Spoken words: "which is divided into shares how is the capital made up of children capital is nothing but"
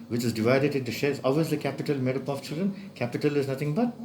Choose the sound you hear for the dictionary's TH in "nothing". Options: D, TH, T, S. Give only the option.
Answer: T